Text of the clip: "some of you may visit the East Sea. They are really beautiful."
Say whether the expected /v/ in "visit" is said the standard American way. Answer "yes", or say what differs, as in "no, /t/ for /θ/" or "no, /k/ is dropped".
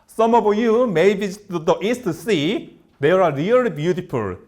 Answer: no, /b/ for /v/